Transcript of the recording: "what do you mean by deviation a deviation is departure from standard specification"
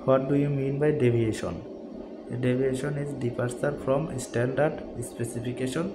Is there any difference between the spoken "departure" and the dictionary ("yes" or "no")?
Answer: yes